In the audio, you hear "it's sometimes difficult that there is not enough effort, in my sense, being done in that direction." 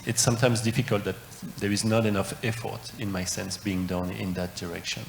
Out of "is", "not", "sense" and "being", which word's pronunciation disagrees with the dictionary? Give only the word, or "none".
none